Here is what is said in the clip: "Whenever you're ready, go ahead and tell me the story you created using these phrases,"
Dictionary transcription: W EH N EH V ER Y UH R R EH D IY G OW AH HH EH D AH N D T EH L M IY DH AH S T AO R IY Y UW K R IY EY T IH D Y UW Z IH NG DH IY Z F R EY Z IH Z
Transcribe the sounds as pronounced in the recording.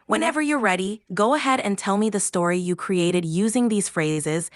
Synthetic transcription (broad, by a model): W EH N EH V ER Y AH R R EH D IY G OW AH HH EH D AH N T EH L M IY DH AH S T AO R IY Y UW K R IY EY T IH D Y UW Z IH NG DH IY Z F R EY Z IH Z